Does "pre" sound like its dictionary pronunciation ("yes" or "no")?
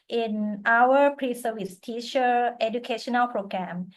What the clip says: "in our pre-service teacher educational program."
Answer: yes